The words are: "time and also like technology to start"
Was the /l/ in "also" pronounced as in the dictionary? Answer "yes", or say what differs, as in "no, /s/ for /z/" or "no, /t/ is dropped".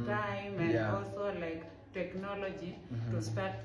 no, /l/ is dropped